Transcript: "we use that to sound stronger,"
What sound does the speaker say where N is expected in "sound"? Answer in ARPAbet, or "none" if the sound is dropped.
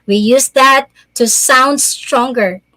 N